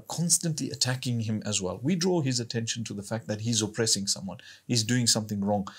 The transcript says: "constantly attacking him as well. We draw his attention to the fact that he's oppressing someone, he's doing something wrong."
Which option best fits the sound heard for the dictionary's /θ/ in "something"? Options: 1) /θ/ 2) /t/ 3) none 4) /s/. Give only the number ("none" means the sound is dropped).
1